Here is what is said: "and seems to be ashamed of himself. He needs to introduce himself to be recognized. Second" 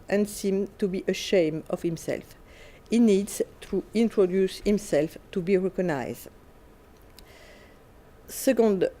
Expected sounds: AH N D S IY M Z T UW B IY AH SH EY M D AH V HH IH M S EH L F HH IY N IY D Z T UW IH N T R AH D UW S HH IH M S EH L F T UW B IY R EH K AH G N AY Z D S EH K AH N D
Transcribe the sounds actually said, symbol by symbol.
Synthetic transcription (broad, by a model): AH N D S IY M T UW B IY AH SH EY M AH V HH IH M S EH L F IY N IY D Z T UW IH N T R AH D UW S HH IH M S EH L F T UW B IY R EH K AH G N AY Z D S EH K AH N D